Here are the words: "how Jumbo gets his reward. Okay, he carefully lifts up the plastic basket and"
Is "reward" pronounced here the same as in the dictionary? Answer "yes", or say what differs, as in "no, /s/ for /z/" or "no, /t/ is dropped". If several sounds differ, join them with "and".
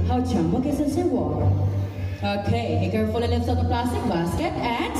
no, /d/ is dropped